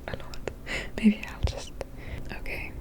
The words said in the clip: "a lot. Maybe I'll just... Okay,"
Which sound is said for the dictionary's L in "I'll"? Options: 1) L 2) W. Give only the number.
1